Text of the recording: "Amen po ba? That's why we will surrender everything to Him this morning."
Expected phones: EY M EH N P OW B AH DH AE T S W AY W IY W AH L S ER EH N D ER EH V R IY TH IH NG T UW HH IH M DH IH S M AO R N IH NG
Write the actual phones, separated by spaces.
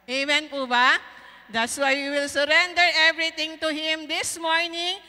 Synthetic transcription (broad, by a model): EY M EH N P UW B AH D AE T S W AY W IY W AH L S ER EH N D ER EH V R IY T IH NG T UW HH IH M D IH S M AO R N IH NG